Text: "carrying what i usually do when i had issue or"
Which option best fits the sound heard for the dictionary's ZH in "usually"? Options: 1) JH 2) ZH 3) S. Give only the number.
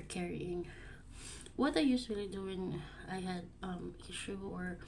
3